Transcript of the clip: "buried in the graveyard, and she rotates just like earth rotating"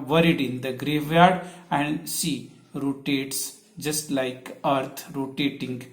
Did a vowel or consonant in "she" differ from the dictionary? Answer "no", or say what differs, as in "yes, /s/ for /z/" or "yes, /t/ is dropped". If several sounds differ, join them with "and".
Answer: yes, /s/ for /ʃ/